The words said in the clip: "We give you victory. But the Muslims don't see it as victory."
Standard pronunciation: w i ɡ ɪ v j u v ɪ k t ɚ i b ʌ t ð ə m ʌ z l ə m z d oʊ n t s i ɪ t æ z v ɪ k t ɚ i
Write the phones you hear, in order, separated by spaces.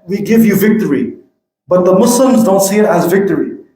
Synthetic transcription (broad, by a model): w i ɡ ɪ v j u v ɪ k t ɚ i b ʌ t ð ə m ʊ s l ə m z d oʊ n t s i ɪ t æ z v ɪ k t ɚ i